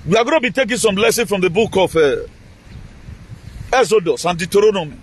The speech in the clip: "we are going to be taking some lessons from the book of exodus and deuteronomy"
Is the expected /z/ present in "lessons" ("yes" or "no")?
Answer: no